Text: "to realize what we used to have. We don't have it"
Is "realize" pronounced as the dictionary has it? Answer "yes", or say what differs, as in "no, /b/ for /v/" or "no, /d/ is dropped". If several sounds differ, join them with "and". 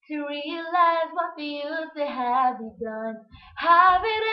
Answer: yes